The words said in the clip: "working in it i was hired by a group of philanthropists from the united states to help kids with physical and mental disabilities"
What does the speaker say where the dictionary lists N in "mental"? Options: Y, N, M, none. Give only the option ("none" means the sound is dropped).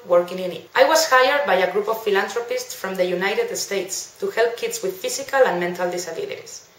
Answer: N